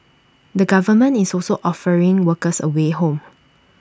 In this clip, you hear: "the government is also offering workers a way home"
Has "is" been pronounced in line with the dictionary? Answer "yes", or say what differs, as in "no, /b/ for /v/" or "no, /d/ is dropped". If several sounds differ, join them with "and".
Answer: no, /s/ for /z/